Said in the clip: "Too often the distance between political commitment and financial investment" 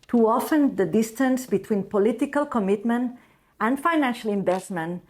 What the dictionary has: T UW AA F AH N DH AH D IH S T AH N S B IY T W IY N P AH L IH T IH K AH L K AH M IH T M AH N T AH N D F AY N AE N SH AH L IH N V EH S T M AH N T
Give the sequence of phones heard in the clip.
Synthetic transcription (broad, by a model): T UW AA F AH N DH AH D IH S T AH N S B IY T W IY N P AH L IH T IH K AH L K AH M IH T M AH N T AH N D F AY N AE N SH AH L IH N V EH S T M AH N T